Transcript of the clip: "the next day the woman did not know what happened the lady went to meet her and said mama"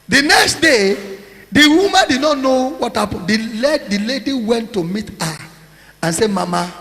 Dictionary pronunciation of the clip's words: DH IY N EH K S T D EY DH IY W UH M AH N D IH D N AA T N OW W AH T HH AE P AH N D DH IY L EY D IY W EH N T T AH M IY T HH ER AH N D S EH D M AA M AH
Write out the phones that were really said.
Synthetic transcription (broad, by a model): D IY N EH K S T D EY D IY W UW M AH N D IH D N AA T N OW W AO T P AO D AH L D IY L EY D IY W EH N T T AH M IY T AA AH N S EH M AA M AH